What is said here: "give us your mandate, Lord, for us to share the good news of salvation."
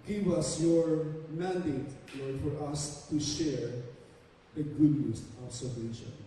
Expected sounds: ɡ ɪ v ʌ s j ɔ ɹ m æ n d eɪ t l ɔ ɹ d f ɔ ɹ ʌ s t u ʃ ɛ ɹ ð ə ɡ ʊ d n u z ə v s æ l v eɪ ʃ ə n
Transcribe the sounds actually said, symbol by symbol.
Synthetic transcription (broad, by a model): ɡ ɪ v ʌ s j ɔ ɹ m æ n d eɪ t l ɔ ɹ d f ɔ ɹ ʌ s t u ʃ ɛ ɹ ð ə ɡ ʊ d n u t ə b s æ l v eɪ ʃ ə n